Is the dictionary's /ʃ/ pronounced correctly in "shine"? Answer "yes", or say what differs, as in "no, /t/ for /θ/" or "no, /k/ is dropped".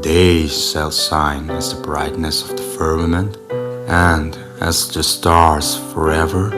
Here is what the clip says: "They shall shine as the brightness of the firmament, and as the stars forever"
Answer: no, /s/ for /ʃ/